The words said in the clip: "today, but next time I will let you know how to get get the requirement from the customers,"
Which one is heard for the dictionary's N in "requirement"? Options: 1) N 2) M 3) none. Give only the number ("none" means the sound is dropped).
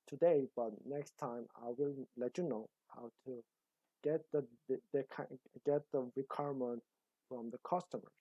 1